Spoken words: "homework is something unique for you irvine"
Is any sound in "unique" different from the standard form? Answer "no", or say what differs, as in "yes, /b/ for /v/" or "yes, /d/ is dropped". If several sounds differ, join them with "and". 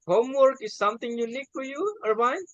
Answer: yes, /l/ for /n/